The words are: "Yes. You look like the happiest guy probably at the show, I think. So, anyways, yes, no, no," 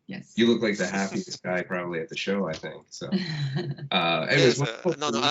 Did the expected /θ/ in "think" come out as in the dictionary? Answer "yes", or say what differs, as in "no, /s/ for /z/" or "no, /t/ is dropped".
yes